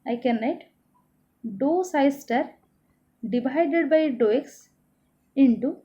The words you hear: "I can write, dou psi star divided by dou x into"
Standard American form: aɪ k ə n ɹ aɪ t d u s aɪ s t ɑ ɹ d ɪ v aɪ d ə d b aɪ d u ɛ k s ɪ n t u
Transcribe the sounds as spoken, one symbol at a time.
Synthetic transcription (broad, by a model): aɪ k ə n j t d u s aɪ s t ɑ ɹ d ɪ b aɪ d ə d b aɪ d u ɛ k s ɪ n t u